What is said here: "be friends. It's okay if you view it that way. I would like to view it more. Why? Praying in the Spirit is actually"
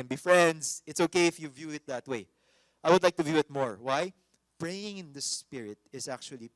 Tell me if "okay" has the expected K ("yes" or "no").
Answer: yes